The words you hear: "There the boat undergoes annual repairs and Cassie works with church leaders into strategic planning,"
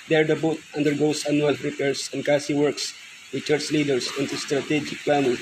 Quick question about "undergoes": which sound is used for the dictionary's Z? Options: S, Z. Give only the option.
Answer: S